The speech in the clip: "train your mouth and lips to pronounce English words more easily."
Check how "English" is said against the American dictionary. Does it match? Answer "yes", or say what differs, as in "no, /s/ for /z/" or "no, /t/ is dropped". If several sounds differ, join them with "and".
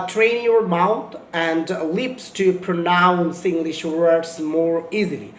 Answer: yes